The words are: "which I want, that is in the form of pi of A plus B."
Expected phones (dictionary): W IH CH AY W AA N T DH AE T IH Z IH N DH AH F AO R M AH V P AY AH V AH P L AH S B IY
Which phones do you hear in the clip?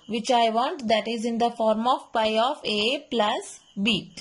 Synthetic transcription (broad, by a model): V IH CH AY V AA N T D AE T IH Z IH N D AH F AO R M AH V P AY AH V AH P L AH S B IY